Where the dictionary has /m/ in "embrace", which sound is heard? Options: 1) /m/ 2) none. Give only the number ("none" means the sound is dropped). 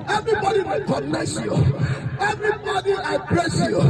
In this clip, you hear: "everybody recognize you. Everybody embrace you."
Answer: 2